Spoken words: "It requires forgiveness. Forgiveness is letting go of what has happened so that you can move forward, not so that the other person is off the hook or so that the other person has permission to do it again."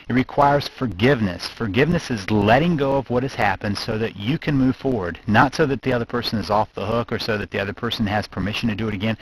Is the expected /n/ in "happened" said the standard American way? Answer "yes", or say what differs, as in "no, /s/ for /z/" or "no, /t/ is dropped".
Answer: yes